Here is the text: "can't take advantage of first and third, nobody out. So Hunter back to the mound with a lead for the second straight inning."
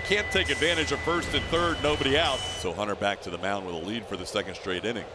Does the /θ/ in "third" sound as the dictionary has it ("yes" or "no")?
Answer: yes